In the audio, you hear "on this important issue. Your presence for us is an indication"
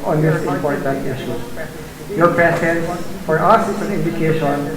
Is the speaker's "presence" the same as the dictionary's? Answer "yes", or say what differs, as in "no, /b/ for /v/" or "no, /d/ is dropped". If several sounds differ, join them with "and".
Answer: no, /ɹ/ is dropped and /s/ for /z/